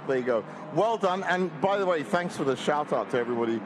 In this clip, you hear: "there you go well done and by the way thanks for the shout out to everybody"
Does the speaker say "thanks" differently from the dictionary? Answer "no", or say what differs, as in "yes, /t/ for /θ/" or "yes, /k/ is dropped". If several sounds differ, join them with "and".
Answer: no